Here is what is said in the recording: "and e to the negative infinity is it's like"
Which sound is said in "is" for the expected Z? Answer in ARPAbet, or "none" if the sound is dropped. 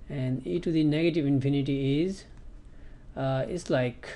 Z